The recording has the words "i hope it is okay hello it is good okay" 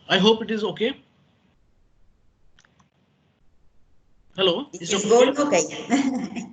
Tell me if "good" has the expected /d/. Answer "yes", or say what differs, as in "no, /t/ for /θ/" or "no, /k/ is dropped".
no, /d/ is dropped